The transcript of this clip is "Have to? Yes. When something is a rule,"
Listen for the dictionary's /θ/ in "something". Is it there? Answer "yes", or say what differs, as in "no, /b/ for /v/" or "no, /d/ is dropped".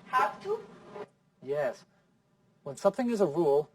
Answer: yes